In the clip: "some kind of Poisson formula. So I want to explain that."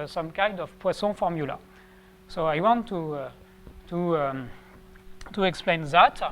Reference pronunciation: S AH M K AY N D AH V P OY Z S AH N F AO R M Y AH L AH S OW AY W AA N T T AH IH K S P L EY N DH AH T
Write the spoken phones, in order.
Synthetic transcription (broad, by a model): S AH M K AY N D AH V P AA S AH F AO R M Y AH L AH S OW AY W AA N T T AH IH K S P L EY N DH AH T